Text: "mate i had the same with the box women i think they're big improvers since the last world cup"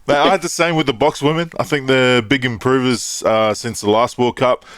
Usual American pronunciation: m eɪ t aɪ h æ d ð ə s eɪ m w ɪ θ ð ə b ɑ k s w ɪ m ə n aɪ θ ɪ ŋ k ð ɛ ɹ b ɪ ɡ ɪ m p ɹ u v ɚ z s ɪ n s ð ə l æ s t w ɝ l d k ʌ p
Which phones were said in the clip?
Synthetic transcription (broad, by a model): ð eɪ aɪ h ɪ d ð ə s eɪ m w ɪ ð ə b ɑ k s w ɪ m ə n aɪ θ ɪ ŋ k ð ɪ b ɪ ɡ ɪ m p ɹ u v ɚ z s ɪ n s ð ə l æ s t w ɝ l k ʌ p